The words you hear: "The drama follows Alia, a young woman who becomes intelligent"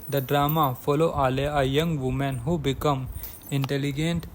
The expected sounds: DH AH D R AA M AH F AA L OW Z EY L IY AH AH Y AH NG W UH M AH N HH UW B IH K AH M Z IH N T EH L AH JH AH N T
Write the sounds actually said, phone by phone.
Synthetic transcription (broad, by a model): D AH D R AA M AH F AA L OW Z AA L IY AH AH Y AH NG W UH M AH N HH UW B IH K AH M IH N T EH L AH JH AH N T